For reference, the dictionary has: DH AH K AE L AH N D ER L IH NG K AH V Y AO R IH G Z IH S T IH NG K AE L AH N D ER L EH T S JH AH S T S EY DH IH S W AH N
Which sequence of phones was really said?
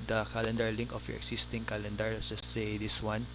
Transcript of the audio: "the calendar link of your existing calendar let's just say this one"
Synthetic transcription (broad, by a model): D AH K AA L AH N D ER L IH NG K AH F Y AO R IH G S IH S T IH NG K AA L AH N D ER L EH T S JH AH S T S EY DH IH S W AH N